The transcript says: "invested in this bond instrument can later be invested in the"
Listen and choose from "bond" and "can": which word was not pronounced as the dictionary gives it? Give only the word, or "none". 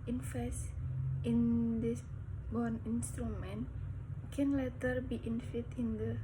bond